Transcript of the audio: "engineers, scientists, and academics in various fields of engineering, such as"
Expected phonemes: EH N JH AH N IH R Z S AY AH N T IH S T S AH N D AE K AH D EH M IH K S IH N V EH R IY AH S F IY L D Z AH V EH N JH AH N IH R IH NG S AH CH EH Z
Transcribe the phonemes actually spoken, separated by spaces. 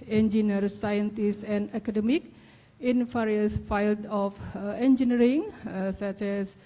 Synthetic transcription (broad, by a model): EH N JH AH N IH R S AY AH N T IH S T AH N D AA K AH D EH M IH K IH N F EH R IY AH S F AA L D AH F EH N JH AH N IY R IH NG S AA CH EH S